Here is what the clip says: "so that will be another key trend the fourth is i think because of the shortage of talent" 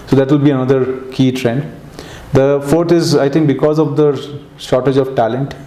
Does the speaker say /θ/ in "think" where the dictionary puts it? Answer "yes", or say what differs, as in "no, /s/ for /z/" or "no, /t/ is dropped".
no, /t/ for /θ/